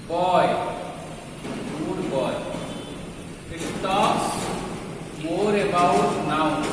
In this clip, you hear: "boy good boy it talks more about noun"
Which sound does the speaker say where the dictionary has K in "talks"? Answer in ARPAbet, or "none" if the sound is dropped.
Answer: none